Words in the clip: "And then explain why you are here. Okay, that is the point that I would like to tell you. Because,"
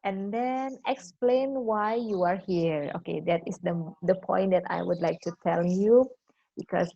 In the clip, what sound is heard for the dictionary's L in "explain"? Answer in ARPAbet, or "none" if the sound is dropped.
L